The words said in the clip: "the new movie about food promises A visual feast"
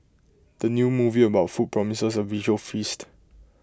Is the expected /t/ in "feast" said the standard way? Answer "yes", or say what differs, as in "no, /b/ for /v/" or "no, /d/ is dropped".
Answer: yes